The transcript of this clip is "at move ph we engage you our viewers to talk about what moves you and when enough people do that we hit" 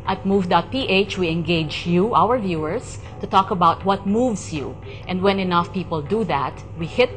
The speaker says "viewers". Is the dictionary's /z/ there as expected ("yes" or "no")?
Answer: no